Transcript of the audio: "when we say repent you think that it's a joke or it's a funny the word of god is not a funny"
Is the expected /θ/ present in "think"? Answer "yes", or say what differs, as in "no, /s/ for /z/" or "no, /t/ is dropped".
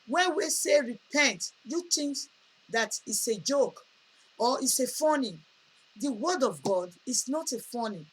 no, /t/ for /θ/